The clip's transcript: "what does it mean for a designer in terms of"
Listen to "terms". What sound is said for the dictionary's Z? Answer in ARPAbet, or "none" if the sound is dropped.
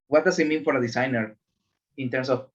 S